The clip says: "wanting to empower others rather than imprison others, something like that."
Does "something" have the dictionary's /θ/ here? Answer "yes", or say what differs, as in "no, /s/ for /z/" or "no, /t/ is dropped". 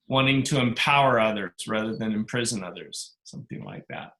yes